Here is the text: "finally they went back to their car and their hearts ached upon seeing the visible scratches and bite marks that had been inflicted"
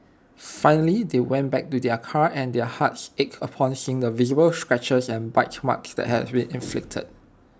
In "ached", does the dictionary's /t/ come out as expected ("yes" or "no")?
no